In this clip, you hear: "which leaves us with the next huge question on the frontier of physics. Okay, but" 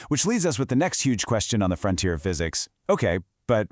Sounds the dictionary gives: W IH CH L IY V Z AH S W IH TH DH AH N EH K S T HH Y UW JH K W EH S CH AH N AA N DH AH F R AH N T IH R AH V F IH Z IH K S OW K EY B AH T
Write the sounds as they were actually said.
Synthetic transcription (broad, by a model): W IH CH L IY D Z AH S W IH DH AH N EH K S T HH Y UW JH K W EH S CH AH N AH N DH AH F R AH N T IH R AH V F IH Z IH K S OW K EY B AH T